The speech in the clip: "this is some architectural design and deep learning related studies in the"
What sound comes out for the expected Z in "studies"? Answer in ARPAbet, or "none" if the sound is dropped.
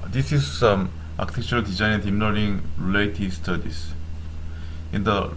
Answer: S